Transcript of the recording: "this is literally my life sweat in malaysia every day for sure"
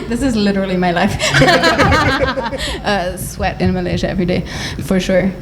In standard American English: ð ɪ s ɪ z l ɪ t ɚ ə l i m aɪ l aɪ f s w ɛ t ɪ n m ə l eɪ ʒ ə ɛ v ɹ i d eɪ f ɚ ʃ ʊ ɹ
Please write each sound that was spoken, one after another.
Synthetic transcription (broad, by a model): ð ɪ s ɪ z l ɪ t ɚ l i m aɪ l aɪ f s w ɛ t ɪ n m ə l eɪ ʒ ə ɛ v ɹ i d eɪ f ɚ ʃ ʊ ɹ